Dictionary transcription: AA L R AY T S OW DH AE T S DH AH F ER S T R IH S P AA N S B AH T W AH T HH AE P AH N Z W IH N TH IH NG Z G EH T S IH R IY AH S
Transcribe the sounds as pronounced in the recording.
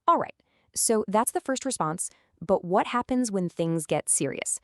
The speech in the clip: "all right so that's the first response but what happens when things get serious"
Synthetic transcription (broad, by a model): AA L R AY T S OW DH AE T S DH AH F ER S T R IH S P AA N S B AH T W AH T HH AE P AH N Z W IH N TH IH NG Z G EH T S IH R IY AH S